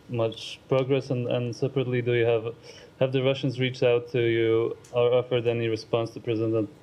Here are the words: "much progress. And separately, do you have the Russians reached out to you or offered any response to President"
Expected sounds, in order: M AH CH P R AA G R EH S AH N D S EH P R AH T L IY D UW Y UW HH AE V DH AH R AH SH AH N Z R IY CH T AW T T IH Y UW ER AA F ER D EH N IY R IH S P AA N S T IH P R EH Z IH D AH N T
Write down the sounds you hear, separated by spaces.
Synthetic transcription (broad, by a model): M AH CH P R AA G R EH S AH N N S EH P R AH T L IY D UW Y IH HH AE V DH AH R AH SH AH N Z R IY CH T AW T T IH Y UW ER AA F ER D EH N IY R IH S P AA N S T IH P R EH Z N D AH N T